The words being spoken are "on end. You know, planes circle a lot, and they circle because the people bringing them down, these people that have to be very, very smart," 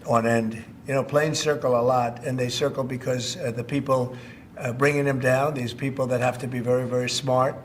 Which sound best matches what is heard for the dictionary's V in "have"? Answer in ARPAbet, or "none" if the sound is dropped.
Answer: F